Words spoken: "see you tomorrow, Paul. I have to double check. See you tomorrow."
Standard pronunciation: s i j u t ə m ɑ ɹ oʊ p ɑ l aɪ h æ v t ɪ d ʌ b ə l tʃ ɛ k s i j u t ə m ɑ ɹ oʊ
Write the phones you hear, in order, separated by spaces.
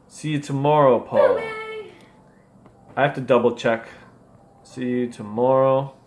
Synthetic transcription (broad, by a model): s i j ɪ t ə m ɑ ɹ oʊ p ɑ l aɪ h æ f t ɪ d ʌ b l tʃ ɛ k s i j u t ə m ɑ ɹ oʊ